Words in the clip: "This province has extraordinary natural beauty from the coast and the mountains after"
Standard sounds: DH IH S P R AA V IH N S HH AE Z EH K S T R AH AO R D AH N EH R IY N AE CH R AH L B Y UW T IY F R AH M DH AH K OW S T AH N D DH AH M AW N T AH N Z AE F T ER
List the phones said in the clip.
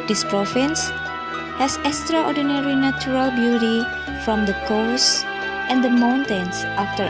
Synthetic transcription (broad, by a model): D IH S P R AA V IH N S HH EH S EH K S T R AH AO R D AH N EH R IY N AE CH R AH L B Y UW T IY F R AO M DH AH K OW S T AH N D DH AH M AW N T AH N S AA F T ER